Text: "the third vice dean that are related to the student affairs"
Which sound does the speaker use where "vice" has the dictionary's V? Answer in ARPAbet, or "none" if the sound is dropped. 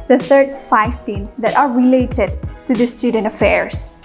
F